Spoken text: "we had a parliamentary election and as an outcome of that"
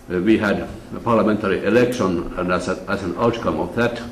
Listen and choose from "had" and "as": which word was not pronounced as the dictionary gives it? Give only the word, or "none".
as